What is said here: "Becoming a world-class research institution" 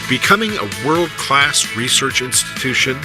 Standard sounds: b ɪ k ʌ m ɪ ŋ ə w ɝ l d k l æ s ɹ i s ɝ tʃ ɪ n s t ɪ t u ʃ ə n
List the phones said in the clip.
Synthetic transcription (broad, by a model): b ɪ k ʌ m ɪ ŋ ə w ɝ l d k l æ s ɹ i s ɝ tʃ ɪ n s t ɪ t u ʃ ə n